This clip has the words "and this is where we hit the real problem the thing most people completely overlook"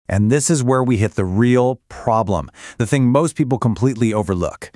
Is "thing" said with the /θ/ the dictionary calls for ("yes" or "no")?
yes